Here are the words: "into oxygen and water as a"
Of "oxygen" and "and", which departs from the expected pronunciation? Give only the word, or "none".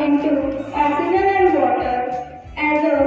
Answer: oxygen